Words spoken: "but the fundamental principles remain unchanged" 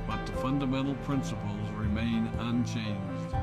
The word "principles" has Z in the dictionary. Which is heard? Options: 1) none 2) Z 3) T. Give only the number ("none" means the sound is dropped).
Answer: 2